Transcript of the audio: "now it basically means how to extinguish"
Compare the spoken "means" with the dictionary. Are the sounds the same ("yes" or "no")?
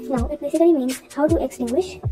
yes